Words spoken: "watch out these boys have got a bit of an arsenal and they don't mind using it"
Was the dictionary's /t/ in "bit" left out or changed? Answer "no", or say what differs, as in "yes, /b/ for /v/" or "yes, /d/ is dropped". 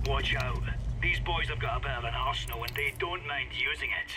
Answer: yes, /t/ is dropped